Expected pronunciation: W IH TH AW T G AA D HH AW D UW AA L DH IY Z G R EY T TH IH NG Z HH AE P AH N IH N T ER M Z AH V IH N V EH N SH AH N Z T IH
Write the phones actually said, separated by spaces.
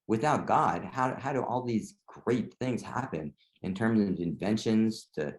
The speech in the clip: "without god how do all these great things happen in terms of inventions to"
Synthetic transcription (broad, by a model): W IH TH AW T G AA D HH AW D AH AA L DH IY Z G R EY T TH IH NG Z HH AE P AH N IH N T ER M Z AH V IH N V EH N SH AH N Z T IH